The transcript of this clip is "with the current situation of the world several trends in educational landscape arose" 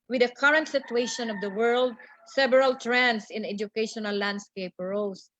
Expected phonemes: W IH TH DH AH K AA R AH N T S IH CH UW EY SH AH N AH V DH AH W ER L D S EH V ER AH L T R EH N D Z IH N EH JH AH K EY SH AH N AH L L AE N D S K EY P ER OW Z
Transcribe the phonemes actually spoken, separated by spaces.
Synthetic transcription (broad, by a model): W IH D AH K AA R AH N T S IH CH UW EY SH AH N AH V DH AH W ER L D S EH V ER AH L T R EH N D S IH N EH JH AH K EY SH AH N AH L L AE N D S K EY P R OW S